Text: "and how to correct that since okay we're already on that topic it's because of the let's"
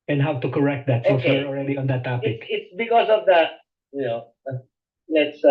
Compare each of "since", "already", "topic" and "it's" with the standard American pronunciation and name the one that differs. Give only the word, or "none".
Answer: since